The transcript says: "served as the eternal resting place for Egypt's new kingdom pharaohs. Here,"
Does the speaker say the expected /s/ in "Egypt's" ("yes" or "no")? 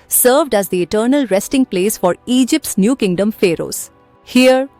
yes